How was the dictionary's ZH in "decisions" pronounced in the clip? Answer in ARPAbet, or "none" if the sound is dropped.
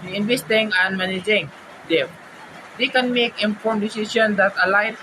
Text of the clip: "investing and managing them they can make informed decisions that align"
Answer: S